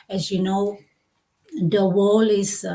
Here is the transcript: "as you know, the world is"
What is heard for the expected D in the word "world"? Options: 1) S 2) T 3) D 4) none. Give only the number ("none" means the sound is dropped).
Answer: 4